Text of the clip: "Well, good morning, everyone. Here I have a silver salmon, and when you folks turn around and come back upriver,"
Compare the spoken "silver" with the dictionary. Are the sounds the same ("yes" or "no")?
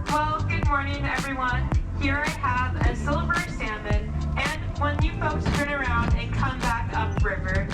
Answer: no